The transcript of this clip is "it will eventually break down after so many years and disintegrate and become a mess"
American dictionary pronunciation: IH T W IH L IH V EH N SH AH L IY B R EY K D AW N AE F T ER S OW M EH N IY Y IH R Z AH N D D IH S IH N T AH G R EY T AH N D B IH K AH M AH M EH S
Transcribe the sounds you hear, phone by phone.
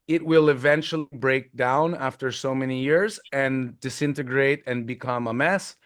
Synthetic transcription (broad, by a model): IH T W IH L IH V EH N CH L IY B R EY K D AW N AE F T ER S OW M EH N IY Y IH R Z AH N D D IH S IH N T AH G R EY T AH N B IH K AH M AH M EH S